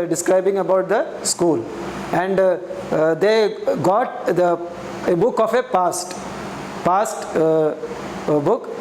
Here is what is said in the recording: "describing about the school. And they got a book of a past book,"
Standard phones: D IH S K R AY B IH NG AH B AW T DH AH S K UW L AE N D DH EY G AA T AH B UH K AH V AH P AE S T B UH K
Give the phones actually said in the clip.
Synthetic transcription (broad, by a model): D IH S K R AY B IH NG AH B AW T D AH S K UW L AE N D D EY G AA T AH B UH K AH P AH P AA S T B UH K